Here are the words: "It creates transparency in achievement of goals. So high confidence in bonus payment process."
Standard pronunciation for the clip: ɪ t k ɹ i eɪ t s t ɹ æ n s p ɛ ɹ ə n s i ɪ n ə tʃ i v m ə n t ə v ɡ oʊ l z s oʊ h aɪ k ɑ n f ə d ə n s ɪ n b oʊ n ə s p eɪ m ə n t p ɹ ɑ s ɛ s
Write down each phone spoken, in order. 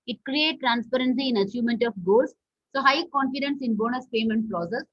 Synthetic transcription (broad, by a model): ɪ t k ɹ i eɪ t t ɹ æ n s p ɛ ɹ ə n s i ɪ n ə tʃ i v m ə n t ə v ɡ oʊ l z s oʊ h aɪ k ɑ n f ə d ə n s ɪ n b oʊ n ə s p eɪ m ə n t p ɹ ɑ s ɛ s